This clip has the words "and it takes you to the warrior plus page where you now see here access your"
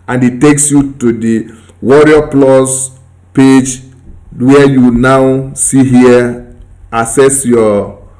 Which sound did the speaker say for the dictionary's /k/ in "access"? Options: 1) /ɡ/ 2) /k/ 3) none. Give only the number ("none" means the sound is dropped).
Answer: 3